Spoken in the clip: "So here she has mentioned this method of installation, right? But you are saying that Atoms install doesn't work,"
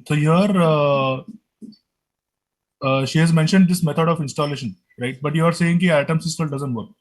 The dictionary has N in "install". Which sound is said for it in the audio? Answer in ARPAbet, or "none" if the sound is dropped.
none